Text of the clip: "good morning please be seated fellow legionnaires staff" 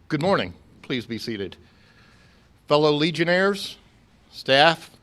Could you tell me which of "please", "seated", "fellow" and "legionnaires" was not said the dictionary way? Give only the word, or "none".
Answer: none